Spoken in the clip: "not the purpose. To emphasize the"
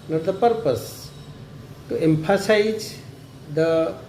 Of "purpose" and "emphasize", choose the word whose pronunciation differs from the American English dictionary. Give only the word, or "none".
emphasize